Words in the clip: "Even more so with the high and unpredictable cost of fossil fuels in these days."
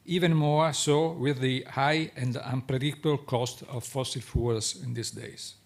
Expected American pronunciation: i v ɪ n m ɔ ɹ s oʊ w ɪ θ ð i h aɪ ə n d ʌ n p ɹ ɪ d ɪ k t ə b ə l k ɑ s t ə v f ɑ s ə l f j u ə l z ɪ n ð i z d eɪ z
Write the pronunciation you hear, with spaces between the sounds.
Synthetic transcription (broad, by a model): i v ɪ n m ɔ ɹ s oʊ w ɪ ð i h aɪ ə n d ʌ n p ɹ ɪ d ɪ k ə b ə l k ɑ s t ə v f ɑ s ə l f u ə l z ɪ n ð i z d eɪ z